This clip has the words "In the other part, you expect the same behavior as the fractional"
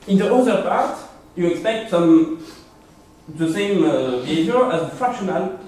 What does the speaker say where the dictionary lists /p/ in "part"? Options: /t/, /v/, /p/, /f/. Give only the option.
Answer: /p/